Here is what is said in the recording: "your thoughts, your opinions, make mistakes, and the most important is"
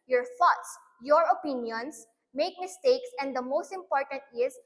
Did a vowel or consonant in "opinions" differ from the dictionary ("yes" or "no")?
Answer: yes